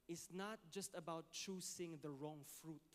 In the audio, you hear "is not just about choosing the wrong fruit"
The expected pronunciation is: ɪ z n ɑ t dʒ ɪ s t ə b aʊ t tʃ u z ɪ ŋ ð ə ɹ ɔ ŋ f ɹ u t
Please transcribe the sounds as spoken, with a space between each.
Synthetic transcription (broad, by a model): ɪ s n ɑ t dʒ ɪ s t ə b aʊ t tʃ u s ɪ ŋ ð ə ɹ ɔ ŋ f ɹ u t